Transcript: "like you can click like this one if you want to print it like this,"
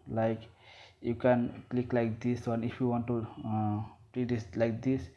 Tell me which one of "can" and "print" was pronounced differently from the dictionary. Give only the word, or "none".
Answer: print